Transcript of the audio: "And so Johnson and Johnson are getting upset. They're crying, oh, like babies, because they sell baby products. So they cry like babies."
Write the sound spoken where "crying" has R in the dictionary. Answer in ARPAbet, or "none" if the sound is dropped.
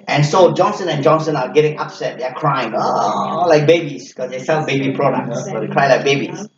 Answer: R